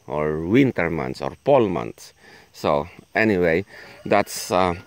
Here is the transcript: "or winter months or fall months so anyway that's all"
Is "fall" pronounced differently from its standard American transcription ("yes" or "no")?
yes